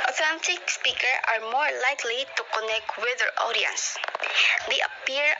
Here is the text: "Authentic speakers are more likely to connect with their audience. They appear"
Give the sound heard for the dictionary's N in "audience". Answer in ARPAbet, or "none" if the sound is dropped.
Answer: N